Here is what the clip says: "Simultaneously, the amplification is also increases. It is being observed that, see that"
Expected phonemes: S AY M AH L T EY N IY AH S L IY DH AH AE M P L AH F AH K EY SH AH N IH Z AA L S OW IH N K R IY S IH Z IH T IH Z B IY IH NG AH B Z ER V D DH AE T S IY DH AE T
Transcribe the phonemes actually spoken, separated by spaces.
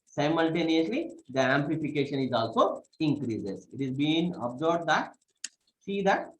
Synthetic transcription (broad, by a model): S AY M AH L T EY N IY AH S L IY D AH AE M P L AH F AH K EY SH AH N IH Z AA L S OW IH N K R IY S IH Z IH T IH Z B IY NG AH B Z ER B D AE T S IY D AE T